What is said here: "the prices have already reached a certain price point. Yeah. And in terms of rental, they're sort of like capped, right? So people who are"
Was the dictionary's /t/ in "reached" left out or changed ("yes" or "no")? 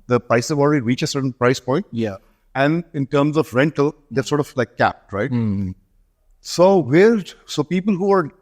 yes